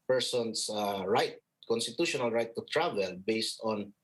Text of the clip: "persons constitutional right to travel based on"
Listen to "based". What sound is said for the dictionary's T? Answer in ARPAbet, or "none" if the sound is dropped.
T